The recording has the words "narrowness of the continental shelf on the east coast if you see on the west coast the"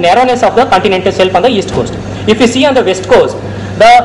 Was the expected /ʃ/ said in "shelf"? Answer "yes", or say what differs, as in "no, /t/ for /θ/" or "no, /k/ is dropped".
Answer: no, /s/ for /ʃ/